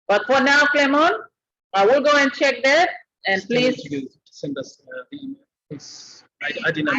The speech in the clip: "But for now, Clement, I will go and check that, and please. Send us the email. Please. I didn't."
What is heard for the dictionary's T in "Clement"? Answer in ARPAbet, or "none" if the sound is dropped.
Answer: none